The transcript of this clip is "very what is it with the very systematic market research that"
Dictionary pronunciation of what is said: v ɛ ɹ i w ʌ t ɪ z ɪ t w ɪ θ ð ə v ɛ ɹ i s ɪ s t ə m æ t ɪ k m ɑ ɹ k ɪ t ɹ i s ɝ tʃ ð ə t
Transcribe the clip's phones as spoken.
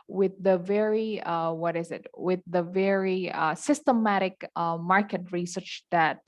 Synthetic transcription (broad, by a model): v ɛ ɹ i w ʌ t ɪ z ɪ t w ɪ ð ə v ɛ ɹ i s ɪ s t ə m æ t ɪ k m ɑ ɹ k ɪ t ɹ i s ɝ tʃ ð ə t